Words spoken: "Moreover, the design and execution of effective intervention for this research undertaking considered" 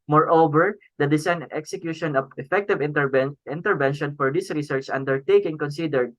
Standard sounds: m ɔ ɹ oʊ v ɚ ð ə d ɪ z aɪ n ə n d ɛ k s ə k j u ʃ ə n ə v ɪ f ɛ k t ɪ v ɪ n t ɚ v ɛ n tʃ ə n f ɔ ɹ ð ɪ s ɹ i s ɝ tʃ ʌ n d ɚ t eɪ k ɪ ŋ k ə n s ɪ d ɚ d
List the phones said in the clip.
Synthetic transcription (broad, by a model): m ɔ ɹ oʊ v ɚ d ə d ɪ s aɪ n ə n ɛ k s ə k j u ʃ ə n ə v ɪ f ɛ k t ɪ v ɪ n t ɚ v ɛ n ʃ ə n f ɔ ɹ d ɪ s ɹ i s ɝ tʃ ʌ n d ɚ t eɪ k ɪ ŋ k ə n s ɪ d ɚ d